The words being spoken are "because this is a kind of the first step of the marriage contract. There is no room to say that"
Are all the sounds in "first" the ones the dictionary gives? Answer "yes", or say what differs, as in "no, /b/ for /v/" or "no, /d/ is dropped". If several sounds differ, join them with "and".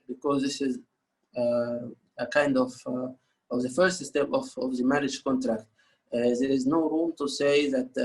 yes